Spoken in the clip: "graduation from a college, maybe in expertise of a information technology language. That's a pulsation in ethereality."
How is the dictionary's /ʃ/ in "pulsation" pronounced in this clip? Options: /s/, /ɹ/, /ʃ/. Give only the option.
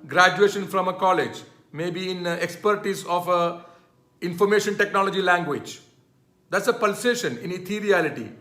/ʃ/